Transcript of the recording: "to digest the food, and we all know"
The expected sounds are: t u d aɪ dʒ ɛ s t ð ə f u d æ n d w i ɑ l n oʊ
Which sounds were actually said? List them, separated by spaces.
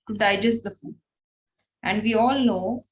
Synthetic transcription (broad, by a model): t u d aɪ dʒ ɛ s t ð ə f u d æ n d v i ɑ l n oʊ